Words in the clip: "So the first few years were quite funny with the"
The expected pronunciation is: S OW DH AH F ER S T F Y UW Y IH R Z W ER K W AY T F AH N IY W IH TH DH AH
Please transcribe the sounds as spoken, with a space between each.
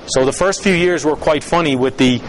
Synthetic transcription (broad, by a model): S OW DH AH F ER S T F Y UW Y IH R Z W ER K W AY T F AH N IY W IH DH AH